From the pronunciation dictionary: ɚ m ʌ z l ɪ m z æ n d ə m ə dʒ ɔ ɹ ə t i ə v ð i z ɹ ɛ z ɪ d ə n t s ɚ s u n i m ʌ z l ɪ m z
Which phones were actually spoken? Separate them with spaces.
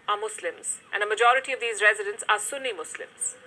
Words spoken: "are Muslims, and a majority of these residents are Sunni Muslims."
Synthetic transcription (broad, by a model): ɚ m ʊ s l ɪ m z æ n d ə m ə dʒ ɔ ɹ ə t i ə v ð i z ɹ ɛ z ɪ d ə n t s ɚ s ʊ n i m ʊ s l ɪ m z